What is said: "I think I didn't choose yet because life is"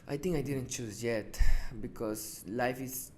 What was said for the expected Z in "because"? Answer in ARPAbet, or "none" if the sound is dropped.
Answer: S